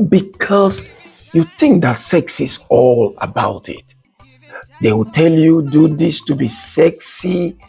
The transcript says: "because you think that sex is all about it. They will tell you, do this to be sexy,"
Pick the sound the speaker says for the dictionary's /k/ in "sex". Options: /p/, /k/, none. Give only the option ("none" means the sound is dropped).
/k/